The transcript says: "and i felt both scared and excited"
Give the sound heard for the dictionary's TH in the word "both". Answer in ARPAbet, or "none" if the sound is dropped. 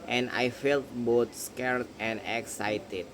T